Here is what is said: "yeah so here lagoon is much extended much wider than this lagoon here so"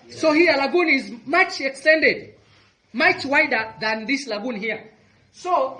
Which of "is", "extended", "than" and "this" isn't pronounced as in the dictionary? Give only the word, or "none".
none